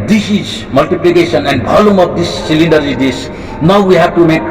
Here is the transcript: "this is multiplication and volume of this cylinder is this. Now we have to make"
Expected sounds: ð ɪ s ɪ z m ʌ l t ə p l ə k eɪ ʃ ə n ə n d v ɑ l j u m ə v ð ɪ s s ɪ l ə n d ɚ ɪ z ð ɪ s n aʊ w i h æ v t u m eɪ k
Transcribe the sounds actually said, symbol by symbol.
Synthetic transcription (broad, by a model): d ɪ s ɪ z m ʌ l t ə p l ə k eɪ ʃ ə n ə n d b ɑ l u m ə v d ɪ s s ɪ l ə n d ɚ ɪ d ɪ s n aʊ w i h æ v t u m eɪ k